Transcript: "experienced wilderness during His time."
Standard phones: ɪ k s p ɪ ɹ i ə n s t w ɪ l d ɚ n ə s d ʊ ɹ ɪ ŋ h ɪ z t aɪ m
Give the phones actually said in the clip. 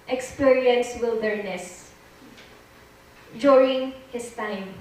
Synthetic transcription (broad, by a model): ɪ k s p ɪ ɹ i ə n s w ɪ l d ɚ n ə s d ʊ ɹ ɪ ŋ h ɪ s t aɪ m